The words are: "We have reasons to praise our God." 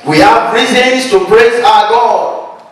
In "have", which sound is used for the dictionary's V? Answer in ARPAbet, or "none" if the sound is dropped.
P